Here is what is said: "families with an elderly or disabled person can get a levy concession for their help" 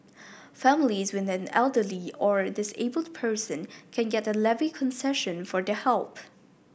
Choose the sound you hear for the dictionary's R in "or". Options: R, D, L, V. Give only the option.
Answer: R